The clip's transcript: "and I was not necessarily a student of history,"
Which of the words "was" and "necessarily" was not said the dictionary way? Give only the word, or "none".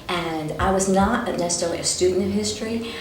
necessarily